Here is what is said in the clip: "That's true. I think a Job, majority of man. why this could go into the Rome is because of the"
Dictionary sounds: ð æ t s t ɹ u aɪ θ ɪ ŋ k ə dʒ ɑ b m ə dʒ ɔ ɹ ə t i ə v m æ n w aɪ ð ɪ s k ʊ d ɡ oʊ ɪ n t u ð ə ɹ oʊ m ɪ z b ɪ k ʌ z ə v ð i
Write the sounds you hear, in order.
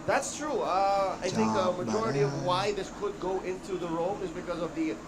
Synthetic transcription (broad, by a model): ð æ t s t ɹ u aɪ θ ɪ ŋ k ə m ə dʒ ɔ ɹ ə t i ə v w aɪ ð ɪ s k ʊ d ɡ oʊ ɪ n t u ð ə ɹ oʊ m ɪ z b ɪ k ʌ z ə v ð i